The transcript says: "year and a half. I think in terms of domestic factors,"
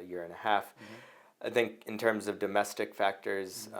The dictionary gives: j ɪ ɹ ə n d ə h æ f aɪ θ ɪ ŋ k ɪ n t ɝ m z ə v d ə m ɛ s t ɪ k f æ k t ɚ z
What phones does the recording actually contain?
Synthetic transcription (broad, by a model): j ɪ ɹ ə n ə h æ f aɪ θ ɪ ŋ k ɪ n t ɝ m z ə v d ə m ɛ s t ɪ k f æ k t ɚ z